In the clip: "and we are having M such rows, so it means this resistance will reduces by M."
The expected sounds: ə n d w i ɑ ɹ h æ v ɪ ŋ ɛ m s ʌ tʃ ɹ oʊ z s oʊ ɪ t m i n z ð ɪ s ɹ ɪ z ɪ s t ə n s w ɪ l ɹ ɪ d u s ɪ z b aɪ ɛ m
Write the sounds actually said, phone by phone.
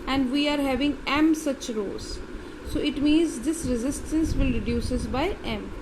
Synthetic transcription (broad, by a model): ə n d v i ɑ ɹ h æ v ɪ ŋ ɛ m s ʌ tʃ ɹ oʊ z s oʊ ɪ t m i n z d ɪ s ɹ ɪ z ɪ s t ə n s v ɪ l ɹ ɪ d u s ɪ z b aɪ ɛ m